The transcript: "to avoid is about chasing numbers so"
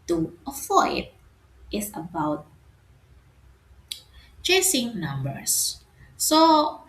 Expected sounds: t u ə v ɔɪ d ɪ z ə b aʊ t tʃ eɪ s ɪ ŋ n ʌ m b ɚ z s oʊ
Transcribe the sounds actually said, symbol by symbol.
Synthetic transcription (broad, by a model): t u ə f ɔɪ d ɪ s ə b aʊ t tʃ eɪ s ɪ ŋ n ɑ m b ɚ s s oʊ